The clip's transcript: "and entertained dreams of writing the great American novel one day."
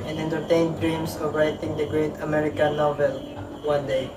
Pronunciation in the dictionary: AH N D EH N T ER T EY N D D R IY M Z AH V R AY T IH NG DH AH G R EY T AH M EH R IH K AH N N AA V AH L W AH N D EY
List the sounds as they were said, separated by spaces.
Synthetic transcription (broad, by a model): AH N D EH N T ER T EY N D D R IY M S AH V R AY T IH NG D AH G R EY T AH M EH R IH K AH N N AA V AH L W AH N D EY